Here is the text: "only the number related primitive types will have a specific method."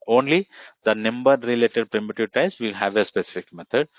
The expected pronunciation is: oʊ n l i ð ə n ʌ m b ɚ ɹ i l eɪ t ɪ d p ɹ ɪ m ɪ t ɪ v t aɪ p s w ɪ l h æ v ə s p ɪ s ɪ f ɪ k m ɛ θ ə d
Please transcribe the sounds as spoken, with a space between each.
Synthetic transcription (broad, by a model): oʊ n l i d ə n ʌ m b ɚ ɹ i l eɪ t ɪ d p ɹ ɪ m ɪ t ɪ v t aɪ s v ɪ l h æ v ə s p ɪ s ɪ f ɪ k m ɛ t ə d